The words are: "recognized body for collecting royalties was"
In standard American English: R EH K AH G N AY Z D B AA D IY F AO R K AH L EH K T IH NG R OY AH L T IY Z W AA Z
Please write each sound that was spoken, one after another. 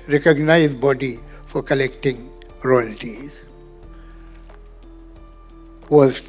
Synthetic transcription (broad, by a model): R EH K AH G N AY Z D B AA D IY F AO R K AH L EH K T IH NG R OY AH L T IY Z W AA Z